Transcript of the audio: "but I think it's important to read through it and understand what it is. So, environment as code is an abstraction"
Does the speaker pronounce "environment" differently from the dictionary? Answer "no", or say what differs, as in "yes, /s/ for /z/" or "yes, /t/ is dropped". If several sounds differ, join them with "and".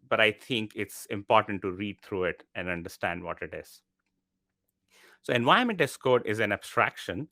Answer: yes, /ɹ/ is dropped